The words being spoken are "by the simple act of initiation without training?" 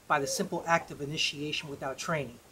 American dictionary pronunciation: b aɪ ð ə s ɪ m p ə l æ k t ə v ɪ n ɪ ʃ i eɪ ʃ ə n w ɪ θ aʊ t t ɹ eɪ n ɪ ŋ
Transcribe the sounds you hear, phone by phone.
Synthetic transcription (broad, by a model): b aɪ ð ə s ɪ m p l æ k t ə v ɪ n ɪ ʃ i eɪ ʃ ə n w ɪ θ aʊ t t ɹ eɪ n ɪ ŋ